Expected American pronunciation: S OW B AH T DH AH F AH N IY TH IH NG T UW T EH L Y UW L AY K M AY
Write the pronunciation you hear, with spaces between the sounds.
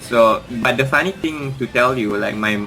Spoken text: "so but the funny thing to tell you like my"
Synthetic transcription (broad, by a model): S OW B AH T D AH F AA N IY T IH NG T UW T EH L Y UW L AY K M AY